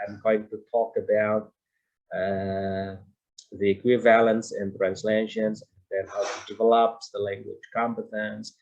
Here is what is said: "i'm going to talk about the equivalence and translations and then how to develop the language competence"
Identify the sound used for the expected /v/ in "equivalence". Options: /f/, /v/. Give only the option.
/v/